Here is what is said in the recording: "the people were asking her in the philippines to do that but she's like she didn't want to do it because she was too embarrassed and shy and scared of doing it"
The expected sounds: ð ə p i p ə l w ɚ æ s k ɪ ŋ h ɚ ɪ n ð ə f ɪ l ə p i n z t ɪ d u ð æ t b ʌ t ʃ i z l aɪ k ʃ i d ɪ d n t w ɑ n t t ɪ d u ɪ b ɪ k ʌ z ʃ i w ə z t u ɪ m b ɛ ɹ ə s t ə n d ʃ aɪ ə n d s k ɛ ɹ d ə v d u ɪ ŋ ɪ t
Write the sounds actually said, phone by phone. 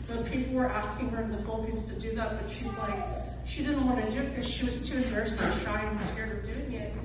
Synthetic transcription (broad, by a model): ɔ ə p i p l w ɚ æ s k ɪ ŋ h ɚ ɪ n ð ə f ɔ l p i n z t ɪ d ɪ ð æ t b ʌ t ʃ i z l aɪ k ʃ i d ɪ d n t w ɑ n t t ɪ d u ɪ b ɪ k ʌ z ʃ i w ə z t u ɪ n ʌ ɹ s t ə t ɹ aɪ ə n s k ɛ ɹ d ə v d u ɪ ŋ ɪ t